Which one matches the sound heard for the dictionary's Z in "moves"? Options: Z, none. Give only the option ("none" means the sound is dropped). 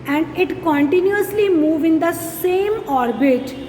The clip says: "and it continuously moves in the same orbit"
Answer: none